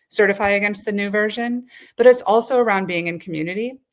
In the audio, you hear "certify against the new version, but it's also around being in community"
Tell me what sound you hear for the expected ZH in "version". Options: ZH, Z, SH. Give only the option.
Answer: ZH